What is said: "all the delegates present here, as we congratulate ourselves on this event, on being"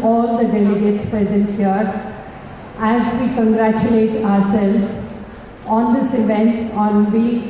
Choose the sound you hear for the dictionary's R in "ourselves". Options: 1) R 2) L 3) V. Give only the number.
1